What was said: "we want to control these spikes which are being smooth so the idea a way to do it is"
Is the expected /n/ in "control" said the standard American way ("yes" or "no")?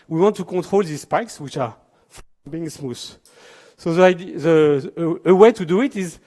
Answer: no